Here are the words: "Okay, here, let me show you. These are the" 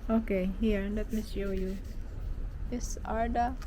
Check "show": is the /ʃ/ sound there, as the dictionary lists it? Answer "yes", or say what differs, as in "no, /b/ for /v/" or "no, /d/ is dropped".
no, /s/ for /ʃ/